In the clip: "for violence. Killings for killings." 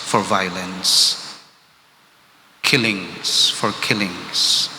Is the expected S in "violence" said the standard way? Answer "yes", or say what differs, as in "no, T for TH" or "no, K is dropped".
yes